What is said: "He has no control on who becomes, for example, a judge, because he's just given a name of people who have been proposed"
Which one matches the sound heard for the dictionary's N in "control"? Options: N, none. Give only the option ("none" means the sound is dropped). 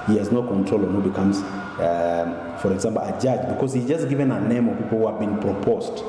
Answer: N